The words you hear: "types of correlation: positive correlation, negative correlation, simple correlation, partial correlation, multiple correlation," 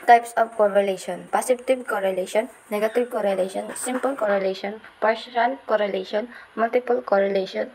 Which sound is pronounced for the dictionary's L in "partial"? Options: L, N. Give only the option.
N